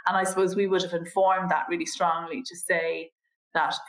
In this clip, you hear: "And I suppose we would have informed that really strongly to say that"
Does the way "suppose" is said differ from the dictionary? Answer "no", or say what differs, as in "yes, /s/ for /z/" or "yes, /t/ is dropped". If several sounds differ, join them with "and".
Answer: no